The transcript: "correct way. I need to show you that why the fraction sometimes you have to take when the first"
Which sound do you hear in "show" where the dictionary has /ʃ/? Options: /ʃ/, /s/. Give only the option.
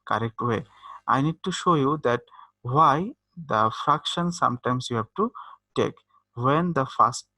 /ʃ/